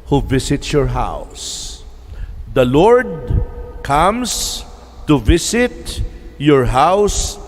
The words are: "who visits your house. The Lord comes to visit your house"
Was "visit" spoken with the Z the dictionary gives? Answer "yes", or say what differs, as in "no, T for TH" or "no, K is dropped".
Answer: no, S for Z